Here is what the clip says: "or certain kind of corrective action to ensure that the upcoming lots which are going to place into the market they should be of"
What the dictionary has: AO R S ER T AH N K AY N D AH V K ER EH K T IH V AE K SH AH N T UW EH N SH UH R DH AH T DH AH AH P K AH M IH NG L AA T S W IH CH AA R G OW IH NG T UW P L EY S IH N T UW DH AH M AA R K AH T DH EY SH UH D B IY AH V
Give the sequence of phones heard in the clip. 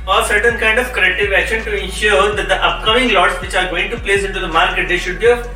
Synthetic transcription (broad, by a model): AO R S ER T AH N K AY N D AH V K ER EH K T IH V AE K SH AH N T UW EH N SH UH R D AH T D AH AH P K AH M IH NG L AA T S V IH CH AA R G OW IH NG T UW P L EY S IH N T UW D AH M AA R K AH T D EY SH UH D B IY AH